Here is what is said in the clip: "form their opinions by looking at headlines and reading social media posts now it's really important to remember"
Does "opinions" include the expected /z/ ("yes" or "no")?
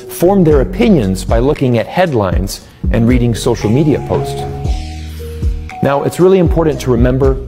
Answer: yes